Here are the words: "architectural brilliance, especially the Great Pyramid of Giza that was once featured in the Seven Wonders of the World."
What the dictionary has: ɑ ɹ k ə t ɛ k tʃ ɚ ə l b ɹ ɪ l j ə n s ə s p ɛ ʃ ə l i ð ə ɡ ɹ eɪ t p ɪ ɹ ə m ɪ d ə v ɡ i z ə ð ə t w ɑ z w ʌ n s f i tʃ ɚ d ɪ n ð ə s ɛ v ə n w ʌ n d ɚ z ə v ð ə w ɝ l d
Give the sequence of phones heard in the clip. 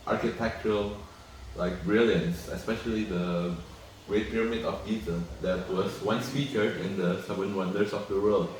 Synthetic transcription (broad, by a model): ɑ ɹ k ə t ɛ k tʃ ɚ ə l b ɹ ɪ l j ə n s ə s p ɛ ʃ ə l i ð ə ɡ ɹ eɪ t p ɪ ɹ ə m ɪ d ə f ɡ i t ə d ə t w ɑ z w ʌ n s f i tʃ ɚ ɪ n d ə s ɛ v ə n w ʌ n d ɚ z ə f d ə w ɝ l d